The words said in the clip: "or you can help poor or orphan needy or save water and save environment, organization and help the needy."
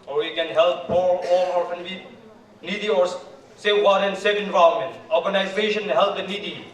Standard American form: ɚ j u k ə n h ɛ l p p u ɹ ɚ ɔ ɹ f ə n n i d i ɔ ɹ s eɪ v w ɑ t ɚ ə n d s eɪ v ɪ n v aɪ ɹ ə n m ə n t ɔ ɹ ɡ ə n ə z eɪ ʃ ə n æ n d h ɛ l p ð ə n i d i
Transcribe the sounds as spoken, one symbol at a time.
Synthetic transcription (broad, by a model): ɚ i k ə n h ɛ l p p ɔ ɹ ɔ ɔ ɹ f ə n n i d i ɔ ɹ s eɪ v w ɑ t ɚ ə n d s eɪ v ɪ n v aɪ ə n m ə n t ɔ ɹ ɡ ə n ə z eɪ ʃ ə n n h ɛ l p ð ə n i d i